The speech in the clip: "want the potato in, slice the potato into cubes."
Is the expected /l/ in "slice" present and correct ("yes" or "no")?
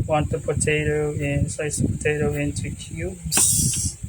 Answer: no